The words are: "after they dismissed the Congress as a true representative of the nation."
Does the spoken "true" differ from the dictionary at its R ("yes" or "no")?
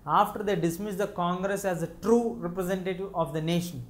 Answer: no